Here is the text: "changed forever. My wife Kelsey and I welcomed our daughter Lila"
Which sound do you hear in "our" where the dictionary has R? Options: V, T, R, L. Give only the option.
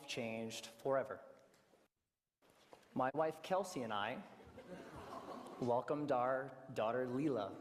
R